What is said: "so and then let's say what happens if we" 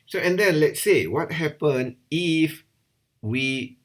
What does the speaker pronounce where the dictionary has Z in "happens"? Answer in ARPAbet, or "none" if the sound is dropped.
none